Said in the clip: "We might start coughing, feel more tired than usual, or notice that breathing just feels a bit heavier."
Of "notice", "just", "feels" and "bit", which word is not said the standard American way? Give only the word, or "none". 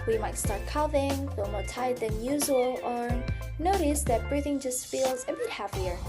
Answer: none